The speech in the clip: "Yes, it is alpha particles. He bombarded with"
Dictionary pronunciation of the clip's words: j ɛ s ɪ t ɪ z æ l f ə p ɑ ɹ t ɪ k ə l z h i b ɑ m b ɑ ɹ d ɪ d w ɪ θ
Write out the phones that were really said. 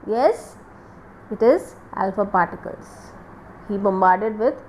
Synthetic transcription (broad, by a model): j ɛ s ɪ t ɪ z æ l f ə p ɑ ɹ t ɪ k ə l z h i b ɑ m b ɑ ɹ d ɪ d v ɪ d